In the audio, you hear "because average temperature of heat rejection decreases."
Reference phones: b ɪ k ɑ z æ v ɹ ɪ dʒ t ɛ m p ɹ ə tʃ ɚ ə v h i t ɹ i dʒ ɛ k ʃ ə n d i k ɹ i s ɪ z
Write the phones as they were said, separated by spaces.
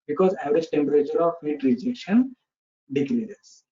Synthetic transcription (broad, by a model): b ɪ k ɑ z æ v ɹ ɪ dʒ t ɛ m p ɹ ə tʃ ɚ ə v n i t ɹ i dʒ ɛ ʃ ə n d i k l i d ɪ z